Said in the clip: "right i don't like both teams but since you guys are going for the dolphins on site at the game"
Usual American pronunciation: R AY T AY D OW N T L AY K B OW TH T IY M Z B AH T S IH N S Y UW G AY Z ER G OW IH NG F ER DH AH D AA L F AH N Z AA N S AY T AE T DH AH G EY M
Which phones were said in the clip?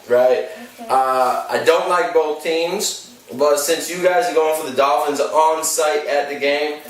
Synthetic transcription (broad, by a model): R AY T AY D OW N T L AY K B OW TH T IY M Z B AH T S IH N S Y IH G AY Z ER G OW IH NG F ER DH AH D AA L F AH N Z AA N S AY T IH T DH AH G EY M